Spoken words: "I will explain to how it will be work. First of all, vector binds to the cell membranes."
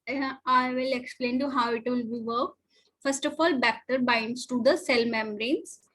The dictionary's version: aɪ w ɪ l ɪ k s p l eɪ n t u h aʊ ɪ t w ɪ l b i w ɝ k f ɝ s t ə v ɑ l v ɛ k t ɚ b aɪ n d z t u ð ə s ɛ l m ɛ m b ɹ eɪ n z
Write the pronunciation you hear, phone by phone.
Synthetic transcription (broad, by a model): aɪ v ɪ l ɪ k s p l eɪ n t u h aʊ ɪ t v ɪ l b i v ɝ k f ɝ s t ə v ɑ l b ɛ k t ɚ b aɪ n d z t u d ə s ɛ l m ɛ m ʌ ɹ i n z